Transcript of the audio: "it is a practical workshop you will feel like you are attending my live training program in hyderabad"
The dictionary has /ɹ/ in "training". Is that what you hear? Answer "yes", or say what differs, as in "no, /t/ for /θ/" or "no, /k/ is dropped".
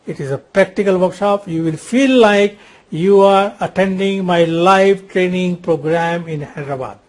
yes